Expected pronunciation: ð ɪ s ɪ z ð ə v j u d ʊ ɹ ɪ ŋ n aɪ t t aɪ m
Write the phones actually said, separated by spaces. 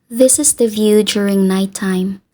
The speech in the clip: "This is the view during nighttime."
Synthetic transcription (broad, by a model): ð ɪ s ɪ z ð ə v j u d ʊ ɹ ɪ ŋ n aɪ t t aɪ m